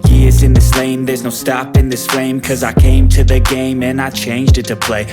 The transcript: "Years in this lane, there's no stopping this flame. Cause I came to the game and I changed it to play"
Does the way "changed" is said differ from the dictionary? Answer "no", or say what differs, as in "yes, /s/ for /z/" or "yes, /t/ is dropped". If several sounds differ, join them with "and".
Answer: no